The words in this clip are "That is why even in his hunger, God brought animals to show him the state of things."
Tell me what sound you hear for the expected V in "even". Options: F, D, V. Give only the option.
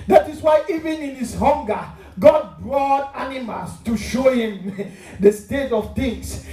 V